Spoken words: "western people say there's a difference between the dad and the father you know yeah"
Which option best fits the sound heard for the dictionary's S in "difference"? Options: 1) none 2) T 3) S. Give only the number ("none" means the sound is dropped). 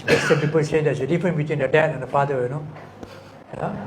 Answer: 1